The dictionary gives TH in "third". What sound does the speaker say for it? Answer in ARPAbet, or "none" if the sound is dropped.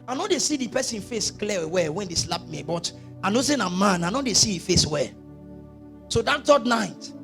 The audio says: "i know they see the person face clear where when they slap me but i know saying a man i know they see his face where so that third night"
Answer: T